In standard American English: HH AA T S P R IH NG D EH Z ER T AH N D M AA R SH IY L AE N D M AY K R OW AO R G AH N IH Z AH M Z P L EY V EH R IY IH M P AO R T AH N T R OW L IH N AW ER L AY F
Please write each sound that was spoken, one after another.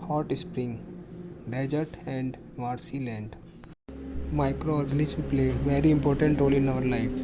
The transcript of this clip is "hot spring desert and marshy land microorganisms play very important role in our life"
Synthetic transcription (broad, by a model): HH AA T S P R IH NG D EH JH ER T AH N D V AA R S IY L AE N D M AY K R OW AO R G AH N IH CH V P L EY V EH R IY IH M P AO R T AH N T R OW L IH N AW ER L AY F